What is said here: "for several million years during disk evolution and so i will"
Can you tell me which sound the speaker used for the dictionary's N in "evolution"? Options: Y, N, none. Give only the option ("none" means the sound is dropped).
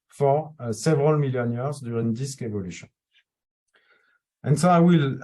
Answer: none